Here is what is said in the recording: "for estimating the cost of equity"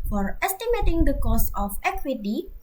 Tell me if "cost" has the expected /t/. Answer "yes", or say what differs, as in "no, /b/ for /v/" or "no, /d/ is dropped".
no, /t/ is dropped